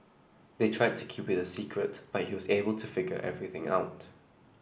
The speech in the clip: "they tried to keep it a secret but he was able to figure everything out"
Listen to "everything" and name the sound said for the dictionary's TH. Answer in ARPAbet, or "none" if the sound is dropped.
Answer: TH